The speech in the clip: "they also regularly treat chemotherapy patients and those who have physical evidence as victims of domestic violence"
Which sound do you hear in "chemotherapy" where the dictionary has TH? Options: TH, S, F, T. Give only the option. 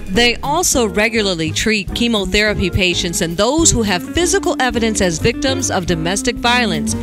TH